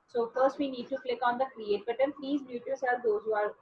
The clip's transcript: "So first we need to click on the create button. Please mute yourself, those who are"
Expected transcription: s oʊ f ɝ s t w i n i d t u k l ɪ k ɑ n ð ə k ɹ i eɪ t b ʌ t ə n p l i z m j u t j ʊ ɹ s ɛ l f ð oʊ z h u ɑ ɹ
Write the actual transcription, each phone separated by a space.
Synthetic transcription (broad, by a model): s oʊ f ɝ s t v i n i d t u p l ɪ k ɑ n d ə k ɹ i eɪ t b ʌ t ə n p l i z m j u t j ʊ l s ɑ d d oʊ z h u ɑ ɹ